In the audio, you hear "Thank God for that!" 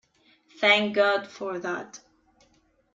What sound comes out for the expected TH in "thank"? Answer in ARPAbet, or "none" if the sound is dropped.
TH